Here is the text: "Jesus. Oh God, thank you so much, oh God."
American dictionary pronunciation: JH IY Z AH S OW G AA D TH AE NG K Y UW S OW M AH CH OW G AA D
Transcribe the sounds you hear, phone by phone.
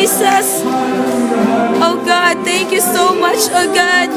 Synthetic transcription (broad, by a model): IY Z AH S OW G AA D T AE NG K Y UW S OW M AH CH OW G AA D